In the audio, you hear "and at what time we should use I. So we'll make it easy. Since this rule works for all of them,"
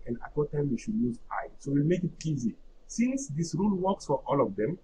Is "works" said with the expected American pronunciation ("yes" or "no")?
yes